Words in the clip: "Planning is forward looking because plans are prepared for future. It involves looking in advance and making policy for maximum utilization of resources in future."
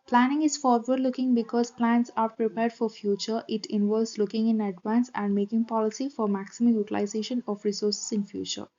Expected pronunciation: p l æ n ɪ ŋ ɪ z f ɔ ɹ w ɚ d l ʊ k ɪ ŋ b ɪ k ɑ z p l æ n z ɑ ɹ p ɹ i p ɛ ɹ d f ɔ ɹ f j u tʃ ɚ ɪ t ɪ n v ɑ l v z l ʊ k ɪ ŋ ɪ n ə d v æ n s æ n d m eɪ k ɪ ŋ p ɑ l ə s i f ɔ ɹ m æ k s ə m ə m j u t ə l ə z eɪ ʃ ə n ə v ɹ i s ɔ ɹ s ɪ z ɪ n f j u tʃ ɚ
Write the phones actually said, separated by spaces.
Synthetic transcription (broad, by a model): p l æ n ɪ ŋ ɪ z f ɔ ɹ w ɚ d l ʊ k ɪ ŋ b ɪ k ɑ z p l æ n s ɑ ɹ p ɹ i p ɛ ɹ d f ɔ ɹ f j u tʃ ɚ ɪ t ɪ n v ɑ l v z l ʊ k ɪ ŋ ɪ n ə d v æ n s æ n d m eɪ k ɪ ŋ p ɑ l ə s i f ɔ ɹ m æ k s ə m ə m j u t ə l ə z eɪ ʃ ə n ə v ɹ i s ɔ ɹ s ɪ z ɪ n f j u tʃ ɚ